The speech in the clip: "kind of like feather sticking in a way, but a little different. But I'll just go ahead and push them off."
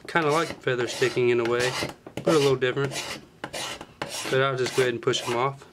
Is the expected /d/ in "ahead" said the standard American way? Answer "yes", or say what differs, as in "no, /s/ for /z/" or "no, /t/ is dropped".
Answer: no, /d/ is dropped